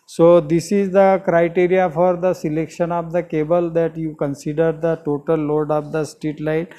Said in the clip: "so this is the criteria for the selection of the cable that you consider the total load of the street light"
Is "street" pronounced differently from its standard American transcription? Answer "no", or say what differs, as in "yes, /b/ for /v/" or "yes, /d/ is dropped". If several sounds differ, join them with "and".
yes, /ɹ/ is dropped